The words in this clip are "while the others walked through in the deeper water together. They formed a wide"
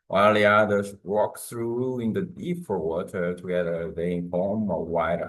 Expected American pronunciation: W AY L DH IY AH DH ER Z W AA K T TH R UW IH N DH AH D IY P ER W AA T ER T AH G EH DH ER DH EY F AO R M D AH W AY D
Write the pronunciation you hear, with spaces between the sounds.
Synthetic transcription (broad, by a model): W AY L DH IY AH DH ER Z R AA K TH R UW IH N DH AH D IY F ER W AA T ER T AH G EH DH ER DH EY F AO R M AH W AY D